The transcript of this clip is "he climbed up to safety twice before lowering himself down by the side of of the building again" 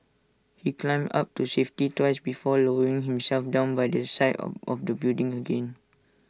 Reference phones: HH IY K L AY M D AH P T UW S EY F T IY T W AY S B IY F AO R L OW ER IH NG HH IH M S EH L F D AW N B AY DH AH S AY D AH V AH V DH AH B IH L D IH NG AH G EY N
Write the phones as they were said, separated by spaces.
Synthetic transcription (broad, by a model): HH IY K L AY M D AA P T UW S EY F T IY T W AY S B IY F AO L OW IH NG HH IH M S EH L F D AW N B AY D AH S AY AH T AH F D AH B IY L D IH NG AH G EY N